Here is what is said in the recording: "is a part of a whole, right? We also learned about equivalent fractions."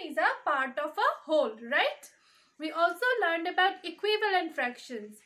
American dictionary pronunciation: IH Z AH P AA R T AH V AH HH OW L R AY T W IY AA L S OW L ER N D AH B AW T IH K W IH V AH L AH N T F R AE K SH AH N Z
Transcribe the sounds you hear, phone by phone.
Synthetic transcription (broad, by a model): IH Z AH P AA R T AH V AH HH OW L R AY T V IY AA L S OW L ER N D AH B AW T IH K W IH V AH L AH N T F R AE K SH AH N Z